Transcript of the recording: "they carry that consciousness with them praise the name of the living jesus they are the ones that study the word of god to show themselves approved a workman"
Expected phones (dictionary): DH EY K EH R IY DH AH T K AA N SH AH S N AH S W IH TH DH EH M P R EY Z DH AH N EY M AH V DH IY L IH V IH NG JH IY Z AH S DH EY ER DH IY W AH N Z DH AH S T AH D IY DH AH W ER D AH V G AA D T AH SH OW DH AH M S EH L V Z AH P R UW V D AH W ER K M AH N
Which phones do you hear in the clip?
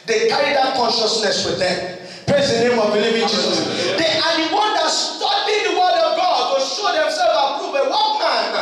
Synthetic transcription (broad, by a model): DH EY K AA R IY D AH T K AA N SH AH S N AH S W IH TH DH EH M P R EY Z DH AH N EY M AH V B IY L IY V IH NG JH IY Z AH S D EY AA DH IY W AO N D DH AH S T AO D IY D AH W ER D AH V G AA D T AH SH OW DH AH M S EH L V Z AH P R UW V AH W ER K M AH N